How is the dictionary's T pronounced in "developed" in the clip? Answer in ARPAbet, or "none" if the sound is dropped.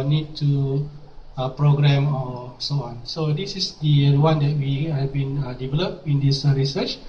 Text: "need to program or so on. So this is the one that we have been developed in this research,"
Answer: none